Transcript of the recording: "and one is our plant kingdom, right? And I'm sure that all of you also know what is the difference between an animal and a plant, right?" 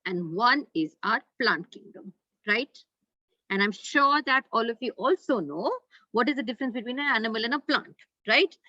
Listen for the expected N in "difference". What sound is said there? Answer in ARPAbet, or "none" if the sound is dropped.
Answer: N